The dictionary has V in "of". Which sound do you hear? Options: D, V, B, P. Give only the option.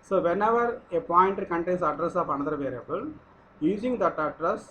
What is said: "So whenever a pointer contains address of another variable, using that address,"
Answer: P